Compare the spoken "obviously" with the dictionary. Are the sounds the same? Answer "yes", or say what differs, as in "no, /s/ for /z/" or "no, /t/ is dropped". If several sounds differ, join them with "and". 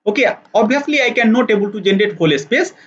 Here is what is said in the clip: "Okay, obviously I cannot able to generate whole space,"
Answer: no, /v/ is dropped